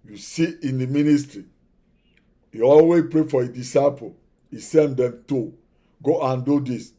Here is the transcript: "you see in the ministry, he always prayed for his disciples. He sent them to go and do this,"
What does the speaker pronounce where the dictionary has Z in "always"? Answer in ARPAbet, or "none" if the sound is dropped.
none